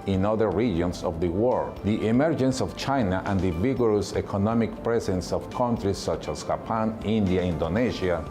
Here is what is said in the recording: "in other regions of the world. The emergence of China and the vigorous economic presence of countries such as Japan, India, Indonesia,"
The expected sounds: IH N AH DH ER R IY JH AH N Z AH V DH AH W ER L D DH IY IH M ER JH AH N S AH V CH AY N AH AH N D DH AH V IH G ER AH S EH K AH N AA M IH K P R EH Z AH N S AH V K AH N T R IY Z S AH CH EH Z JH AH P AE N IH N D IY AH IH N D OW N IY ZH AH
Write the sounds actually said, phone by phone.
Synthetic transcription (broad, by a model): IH N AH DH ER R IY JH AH N S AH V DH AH W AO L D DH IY IH M ER JH AH N S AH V CH AY N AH AH N D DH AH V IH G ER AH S EH K AH N AA M IH K P R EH S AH N S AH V K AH N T R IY S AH CH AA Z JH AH P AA N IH N D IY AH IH N D OW N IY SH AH